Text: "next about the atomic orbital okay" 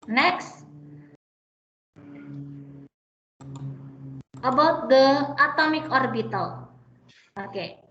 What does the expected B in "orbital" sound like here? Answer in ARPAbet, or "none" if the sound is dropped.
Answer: B